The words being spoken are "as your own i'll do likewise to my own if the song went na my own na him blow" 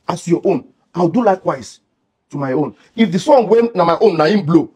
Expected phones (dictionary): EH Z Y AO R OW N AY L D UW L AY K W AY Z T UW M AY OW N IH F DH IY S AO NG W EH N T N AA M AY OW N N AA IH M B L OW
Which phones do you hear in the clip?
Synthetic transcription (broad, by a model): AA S Y AO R OW N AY W D UW L AY K W AY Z T UW M AY OW N IH F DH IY S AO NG W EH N N AA M AY OW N N AA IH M B L OW